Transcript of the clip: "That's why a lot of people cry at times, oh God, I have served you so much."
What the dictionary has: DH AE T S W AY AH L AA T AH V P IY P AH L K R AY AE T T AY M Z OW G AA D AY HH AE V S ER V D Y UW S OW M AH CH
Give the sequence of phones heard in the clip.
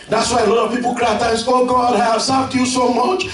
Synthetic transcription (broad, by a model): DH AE T S W AY AH L AA T AH V P IY P AH L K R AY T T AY Z OW G AA D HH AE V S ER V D Y UW S OW M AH CH